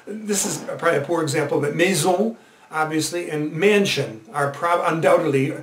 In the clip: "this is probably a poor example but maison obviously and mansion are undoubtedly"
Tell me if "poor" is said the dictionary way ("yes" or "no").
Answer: yes